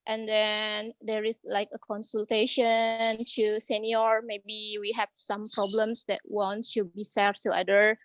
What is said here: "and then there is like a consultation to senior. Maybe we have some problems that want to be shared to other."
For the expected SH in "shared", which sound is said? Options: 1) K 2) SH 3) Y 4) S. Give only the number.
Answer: 4